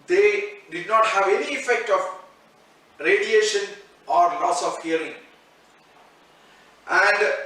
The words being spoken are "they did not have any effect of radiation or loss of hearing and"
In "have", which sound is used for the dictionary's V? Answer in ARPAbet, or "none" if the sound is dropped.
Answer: V